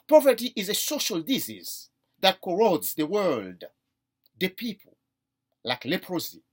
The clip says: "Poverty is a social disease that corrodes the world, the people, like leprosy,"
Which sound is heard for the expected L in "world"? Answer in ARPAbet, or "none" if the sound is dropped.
L